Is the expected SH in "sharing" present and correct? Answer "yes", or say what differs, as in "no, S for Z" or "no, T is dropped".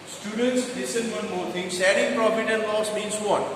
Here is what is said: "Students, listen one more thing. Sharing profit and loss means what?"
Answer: no, S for SH